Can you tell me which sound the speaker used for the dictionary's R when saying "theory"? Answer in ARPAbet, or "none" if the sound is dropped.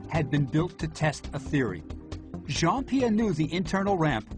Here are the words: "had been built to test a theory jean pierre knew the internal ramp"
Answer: R